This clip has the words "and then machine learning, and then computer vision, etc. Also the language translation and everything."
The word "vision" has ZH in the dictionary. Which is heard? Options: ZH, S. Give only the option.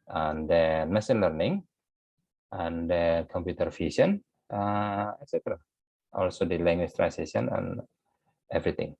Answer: S